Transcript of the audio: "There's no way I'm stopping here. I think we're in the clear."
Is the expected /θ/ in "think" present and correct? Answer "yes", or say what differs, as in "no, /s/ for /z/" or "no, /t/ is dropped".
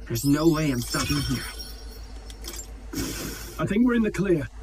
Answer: yes